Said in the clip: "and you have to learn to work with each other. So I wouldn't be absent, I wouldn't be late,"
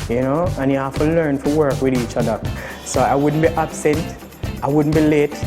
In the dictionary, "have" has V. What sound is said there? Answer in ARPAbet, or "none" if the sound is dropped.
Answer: F